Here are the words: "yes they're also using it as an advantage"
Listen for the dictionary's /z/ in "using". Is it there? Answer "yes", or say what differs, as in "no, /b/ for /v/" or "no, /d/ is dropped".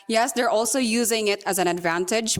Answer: yes